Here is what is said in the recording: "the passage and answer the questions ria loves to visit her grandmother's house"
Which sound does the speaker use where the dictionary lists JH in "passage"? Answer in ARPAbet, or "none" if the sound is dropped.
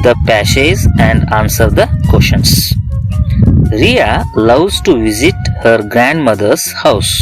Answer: Z